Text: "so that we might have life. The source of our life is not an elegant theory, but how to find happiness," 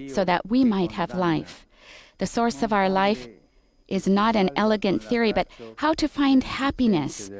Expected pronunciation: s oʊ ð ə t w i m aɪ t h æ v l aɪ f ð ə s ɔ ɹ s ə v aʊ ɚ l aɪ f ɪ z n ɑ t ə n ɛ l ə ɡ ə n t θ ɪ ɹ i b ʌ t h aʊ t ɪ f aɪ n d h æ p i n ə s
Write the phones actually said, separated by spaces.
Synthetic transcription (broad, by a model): s oʊ ð ə t w i m aɪ t h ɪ v l aɪ f ð ə s ɔ ɹ s ə v aʊ ɚ l aɪ f ɪ z n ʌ t ə n ɛ l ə ɡ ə n θ ɪ ɹ i b ʌ t h aʊ t ɪ f aɪ n d h æ p i n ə s